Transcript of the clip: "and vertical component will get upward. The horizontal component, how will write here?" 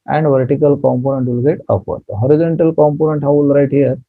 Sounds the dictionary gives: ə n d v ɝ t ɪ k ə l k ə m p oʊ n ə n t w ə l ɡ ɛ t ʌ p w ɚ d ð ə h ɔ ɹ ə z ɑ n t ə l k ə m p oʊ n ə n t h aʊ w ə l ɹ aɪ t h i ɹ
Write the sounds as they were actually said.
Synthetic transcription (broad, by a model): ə n d v ɝ t ɪ k ə l k ə m p oʊ n ə n t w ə l ɡ ɛ t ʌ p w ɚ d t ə h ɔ ɹ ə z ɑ n t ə l k ə m p oʊ n ə n t h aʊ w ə l ɹ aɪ t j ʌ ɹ